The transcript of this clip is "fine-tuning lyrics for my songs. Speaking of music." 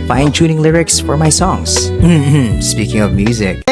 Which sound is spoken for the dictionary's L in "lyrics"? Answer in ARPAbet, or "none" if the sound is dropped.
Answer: L